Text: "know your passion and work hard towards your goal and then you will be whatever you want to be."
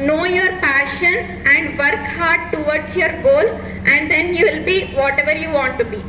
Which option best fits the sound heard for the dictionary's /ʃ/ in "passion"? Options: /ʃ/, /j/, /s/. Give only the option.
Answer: /ʃ/